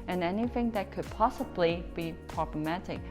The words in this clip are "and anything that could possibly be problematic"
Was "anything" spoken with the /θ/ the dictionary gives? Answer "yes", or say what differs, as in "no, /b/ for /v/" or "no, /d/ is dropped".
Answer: yes